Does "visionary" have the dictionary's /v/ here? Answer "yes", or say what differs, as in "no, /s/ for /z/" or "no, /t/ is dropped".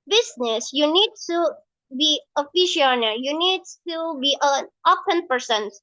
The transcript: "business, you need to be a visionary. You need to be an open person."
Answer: no, /f/ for /v/